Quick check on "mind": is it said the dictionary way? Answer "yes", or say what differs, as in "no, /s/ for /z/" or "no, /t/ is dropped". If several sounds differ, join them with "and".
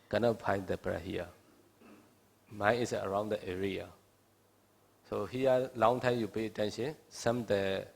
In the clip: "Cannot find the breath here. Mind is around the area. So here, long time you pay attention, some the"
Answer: no, /d/ is dropped